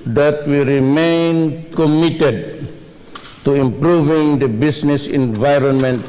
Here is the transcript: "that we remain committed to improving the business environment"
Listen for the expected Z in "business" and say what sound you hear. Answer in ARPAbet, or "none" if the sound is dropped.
S